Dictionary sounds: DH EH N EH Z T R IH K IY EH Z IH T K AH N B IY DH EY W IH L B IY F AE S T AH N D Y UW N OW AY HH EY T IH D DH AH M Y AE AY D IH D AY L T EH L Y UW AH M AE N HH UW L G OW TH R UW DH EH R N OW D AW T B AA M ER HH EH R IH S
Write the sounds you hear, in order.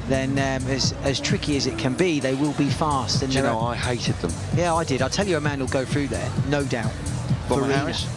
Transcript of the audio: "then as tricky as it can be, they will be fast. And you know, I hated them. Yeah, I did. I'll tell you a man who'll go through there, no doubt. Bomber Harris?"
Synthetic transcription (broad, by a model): DH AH N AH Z T R IH K IY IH Z IH T K AH N B IY DH EY W IH L B IY F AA S T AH N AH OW AY HH EY T IH D DH AH M Y AE AY D IH D AY L T EH L Y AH AH M AE N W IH L G OW TH R UW DH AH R N OW D AW T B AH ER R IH